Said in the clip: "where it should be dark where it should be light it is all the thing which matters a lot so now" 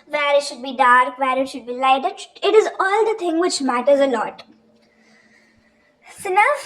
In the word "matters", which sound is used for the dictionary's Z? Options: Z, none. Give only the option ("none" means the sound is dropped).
Z